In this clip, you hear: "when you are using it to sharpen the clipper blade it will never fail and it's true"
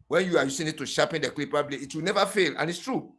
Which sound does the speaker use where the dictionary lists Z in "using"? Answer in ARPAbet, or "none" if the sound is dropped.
S